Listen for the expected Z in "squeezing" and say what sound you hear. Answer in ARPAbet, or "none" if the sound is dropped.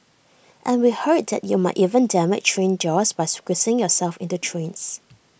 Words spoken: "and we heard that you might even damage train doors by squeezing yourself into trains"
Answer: S